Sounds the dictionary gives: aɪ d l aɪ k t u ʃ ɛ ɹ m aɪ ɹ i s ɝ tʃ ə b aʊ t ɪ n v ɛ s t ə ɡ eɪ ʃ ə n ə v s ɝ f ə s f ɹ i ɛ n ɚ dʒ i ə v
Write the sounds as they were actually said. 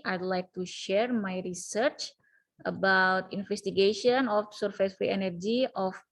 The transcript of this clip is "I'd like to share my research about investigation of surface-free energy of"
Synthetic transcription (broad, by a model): aɪ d l aɪ k t u ʃ ɛ ɹ m aɪ ɹ i s ɝ tʃ ə b aʊ t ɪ n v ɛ s t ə ɡ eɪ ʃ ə n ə f s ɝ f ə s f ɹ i ɛ n ɚ dʒ i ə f